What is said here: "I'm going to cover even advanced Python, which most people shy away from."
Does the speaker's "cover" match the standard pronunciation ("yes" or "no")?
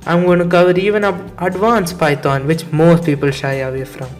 yes